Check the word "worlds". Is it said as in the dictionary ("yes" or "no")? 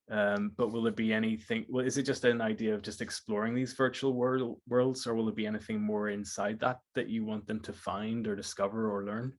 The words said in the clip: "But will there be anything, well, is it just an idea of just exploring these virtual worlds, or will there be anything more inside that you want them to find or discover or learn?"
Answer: yes